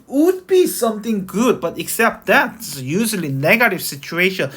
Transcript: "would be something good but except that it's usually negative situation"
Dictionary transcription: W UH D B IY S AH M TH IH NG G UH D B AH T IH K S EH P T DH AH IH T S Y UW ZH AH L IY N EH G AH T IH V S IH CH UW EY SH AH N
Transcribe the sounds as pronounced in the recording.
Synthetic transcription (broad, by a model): W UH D B IY S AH M T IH NG G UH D B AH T IH K S EH P T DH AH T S Y UW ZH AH L IY N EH G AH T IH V S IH CH UW EY SH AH N